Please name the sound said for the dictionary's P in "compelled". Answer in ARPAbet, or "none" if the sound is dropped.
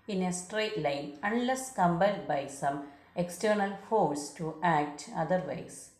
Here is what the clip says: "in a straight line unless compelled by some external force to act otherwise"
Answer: B